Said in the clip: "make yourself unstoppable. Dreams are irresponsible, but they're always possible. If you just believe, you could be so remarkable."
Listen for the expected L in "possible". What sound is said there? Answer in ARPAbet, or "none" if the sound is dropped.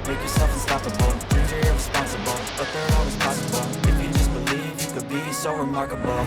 N